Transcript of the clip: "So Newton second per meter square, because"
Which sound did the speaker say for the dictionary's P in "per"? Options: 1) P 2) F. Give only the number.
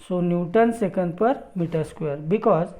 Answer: 1